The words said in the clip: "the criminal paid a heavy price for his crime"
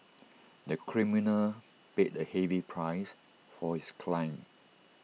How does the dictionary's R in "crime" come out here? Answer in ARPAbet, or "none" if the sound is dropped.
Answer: L